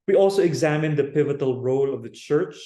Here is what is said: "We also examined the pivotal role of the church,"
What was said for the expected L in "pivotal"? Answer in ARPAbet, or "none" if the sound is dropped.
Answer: L